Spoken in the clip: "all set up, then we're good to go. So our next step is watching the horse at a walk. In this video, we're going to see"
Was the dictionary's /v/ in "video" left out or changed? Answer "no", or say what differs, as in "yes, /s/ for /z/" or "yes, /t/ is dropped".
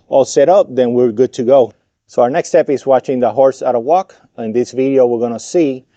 no